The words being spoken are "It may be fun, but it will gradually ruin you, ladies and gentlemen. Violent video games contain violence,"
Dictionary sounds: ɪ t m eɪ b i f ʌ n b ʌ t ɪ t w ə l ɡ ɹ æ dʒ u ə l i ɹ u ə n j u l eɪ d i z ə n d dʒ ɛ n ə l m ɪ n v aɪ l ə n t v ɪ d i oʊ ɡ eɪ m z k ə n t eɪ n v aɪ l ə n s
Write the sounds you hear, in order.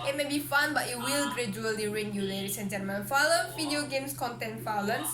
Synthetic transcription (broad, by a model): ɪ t m eɪ b i f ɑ n b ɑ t ɪ t w ə l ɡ ɹ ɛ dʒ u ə l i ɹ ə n j u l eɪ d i s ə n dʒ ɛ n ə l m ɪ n f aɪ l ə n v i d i oʊ ɡ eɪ m s k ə n t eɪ n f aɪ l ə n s